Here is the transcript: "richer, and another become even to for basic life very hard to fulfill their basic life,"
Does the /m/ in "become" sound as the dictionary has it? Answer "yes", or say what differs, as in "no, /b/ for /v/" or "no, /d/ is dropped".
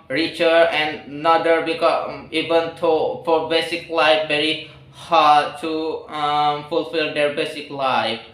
no, /m/ is dropped